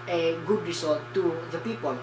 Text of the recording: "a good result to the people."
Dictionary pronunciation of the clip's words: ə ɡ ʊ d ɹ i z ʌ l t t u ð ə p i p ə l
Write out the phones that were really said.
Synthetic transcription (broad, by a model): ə ɡ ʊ d ɹ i s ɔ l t t u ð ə p i p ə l